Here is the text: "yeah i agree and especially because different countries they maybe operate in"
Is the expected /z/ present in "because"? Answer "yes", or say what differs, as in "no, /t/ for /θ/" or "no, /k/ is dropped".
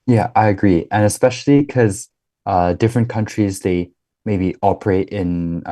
no, /z/ is dropped